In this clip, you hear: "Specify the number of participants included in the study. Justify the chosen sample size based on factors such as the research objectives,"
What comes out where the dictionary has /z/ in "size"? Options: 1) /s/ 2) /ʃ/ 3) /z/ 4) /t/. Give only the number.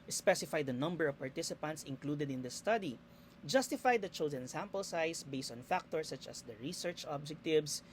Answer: 1